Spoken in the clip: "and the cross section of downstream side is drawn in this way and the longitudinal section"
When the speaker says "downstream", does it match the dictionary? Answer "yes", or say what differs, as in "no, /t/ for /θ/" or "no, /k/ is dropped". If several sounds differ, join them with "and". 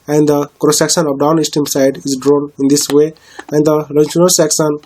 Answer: no, /ɹ/ is dropped